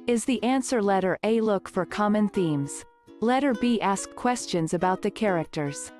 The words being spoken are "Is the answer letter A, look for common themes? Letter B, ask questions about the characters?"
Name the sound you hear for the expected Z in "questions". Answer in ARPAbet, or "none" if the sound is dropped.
Z